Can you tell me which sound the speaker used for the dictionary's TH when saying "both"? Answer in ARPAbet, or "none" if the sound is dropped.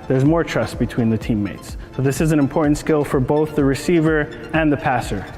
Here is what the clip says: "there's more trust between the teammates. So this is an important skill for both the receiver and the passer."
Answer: TH